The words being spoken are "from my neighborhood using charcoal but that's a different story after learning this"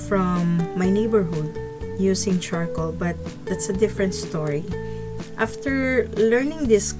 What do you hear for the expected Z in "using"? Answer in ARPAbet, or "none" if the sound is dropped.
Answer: S